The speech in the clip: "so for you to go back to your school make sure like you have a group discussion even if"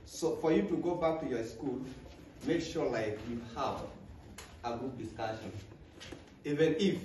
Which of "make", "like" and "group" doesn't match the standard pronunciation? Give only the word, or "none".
group